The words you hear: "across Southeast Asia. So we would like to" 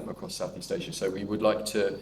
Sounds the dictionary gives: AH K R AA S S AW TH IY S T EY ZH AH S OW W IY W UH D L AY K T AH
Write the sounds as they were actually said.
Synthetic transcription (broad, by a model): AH K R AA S S AW TH IY S T EY SH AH S OW W IY W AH D L AY K T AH